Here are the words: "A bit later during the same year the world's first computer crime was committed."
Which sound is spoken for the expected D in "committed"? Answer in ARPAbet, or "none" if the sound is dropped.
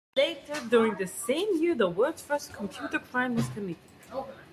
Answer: none